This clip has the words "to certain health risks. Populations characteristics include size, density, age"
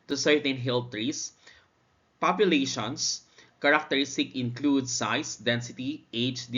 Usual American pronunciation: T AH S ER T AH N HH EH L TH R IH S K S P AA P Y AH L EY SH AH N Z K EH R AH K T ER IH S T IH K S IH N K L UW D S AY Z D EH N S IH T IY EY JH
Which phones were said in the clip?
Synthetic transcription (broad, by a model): T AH S ER T AH N HH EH L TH R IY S S P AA P Y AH L EY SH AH N S K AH R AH K T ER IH S T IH K IH N K L UW D S AY S D EH N S IH T IY EY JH